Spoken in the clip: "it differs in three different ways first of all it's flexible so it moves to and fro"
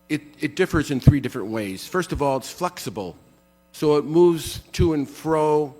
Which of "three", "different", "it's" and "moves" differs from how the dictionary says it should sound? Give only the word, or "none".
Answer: none